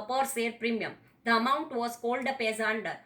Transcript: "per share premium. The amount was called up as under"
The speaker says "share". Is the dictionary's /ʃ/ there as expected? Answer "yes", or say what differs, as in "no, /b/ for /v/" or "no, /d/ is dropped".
no, /s/ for /ʃ/